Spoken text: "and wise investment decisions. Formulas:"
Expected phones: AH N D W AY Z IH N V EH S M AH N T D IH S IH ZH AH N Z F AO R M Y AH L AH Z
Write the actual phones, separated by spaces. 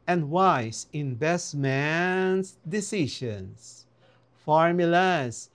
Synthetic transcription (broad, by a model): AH N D W AY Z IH N B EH S M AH N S D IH S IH SH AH N S F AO R M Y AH L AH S